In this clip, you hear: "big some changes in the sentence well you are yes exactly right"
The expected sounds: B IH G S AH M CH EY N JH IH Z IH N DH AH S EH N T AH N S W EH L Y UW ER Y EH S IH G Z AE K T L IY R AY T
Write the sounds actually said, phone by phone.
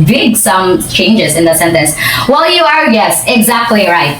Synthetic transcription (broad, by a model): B IH G S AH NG CH EY N JH IH Z IH N DH AH S EH N T AH N S W EH L Y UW ER Y EH S IH G Z AE K T L IY R AY T